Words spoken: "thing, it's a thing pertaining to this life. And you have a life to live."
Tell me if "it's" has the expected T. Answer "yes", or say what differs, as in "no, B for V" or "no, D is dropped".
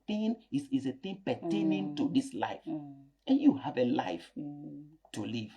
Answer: no, S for T